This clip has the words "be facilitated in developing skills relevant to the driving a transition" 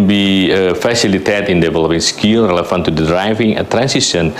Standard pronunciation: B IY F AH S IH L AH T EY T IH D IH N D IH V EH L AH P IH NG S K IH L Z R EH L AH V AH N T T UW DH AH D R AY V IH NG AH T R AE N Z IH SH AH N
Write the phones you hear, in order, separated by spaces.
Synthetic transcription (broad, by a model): B IY F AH S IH L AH T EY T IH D IH N D IH V EH L AH P IH NG S K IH L R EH L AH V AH N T T UW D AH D R AY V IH NG AH T R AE N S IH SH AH N